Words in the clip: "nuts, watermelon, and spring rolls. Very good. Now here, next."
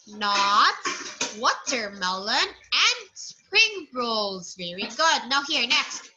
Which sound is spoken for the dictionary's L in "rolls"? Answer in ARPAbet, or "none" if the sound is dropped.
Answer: L